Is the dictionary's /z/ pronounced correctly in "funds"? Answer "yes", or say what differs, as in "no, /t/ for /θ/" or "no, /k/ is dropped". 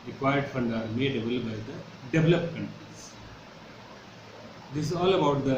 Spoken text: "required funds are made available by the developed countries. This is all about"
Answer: no, /z/ is dropped